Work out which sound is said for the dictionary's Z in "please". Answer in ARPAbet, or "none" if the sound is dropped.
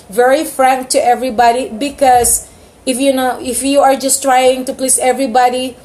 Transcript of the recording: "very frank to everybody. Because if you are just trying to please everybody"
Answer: S